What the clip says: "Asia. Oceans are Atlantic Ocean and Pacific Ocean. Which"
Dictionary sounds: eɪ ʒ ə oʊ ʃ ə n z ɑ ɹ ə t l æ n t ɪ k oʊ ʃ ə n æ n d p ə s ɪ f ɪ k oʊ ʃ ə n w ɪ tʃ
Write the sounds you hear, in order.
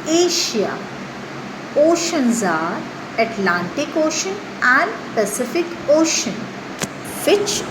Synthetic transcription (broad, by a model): eɪ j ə oʊ ʃ ə n z ɑ ɹ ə t l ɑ n t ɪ k oʊ ʃ ə n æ n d p ə s ɪ f ɪ k oʊ ʃ ə n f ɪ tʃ